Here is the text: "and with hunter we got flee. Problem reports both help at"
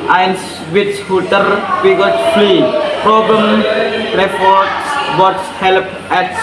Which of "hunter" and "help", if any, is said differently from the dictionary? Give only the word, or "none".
hunter